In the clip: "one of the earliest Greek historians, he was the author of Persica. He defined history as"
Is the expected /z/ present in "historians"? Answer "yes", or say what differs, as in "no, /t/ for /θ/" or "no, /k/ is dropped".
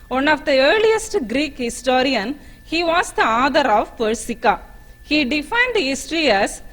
no, /z/ is dropped